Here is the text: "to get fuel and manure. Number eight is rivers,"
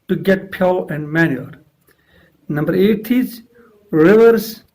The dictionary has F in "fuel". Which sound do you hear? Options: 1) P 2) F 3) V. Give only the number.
1